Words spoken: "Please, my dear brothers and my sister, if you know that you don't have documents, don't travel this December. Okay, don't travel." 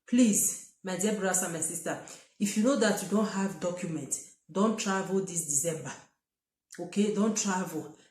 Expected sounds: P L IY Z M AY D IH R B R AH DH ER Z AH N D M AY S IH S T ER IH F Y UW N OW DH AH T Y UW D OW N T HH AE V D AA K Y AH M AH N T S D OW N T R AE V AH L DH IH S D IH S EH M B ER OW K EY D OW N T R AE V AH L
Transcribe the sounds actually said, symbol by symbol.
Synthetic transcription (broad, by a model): P L IY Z M AY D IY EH B R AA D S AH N M AY S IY S T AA IH F Y UW N OW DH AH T Y UW D OW N T HH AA V D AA K Y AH M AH N T D OW N T R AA V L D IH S D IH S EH M B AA OW K EY D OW N T R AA V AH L